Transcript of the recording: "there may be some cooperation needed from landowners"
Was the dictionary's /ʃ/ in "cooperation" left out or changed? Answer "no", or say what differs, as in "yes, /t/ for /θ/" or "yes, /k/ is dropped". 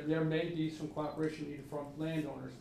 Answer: yes, /ʃ/ is dropped